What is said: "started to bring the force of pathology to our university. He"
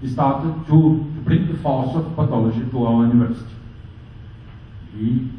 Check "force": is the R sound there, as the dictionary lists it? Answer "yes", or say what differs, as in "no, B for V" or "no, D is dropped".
no, L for R